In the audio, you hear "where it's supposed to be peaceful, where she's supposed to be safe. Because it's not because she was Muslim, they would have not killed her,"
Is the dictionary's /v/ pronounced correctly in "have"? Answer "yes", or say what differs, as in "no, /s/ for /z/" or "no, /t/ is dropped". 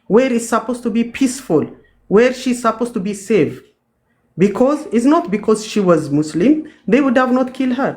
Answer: yes